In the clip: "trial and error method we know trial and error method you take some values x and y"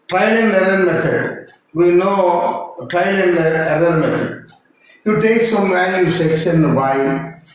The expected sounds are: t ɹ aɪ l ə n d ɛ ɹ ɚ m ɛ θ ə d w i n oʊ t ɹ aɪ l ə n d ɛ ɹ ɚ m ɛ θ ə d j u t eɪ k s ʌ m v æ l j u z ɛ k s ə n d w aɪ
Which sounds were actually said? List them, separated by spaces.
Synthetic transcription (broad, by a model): t ɹ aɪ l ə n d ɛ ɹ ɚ m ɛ t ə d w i n oʊ t ɹ aɪ l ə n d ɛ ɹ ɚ m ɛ t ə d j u t eɪ k s ʌ m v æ n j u s ɛ k s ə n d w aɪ